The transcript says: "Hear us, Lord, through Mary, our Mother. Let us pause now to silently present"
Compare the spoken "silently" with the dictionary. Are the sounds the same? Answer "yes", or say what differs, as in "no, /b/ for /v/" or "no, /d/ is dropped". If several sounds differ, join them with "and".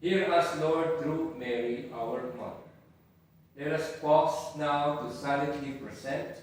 no, /n/ is dropped